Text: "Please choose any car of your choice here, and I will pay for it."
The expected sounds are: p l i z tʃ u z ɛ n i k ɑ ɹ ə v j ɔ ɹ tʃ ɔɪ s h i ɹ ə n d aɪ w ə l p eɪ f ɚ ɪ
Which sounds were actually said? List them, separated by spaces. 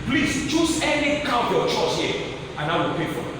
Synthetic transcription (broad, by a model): p l i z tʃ u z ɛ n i k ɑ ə p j ɔ tʃ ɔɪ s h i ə n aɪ w ə l p eɪ f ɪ